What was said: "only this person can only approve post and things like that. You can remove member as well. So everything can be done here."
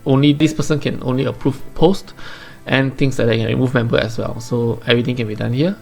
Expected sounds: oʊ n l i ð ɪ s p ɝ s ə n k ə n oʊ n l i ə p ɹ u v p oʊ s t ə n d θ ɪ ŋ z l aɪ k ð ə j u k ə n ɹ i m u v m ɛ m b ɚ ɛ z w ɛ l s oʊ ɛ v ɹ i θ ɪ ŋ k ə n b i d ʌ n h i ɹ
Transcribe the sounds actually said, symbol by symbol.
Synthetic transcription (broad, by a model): oʊ n l i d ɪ s p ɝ s ə n k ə n oʊ n l i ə p ɹ u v p oʊ s t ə n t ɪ ŋ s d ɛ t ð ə k ə n ɹ i m u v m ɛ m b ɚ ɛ s w ɛ l s oʊ ɛ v ɹ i t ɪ ŋ k ə n b i d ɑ n h i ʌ